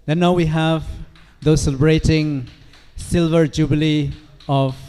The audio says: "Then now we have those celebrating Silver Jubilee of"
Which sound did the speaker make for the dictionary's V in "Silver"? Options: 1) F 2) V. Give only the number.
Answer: 2